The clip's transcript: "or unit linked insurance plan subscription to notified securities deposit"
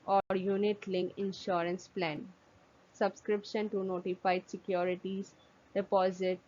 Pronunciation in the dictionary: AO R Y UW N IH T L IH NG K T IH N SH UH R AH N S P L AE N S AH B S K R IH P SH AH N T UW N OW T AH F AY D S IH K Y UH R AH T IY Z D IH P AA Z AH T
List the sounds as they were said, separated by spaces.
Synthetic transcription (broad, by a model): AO R Y UW N IH T L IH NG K IH N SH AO R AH N S P L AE N S AH B S K R IH P SH AH N T UW N OW T AH F AY D S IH K Y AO R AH T IY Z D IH P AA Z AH T